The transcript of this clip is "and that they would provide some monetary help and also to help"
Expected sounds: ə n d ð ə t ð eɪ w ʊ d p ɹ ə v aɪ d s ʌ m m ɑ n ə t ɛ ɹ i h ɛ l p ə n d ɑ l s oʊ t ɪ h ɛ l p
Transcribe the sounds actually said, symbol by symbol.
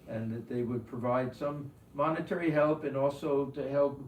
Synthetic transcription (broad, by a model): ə n ð ə t ð eɪ w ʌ d p ɹ ə v aɪ d s ʌ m m ɑ n ə t ɛ ɹ i h ɛ l p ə n ɑ l s oʊ t ɪ h ɛ l p